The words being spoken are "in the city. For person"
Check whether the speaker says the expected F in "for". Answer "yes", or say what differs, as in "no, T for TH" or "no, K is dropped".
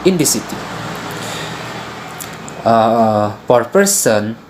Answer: no, P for F